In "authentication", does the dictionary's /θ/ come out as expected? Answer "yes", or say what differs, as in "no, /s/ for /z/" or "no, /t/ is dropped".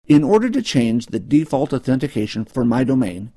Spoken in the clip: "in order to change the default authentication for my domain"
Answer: yes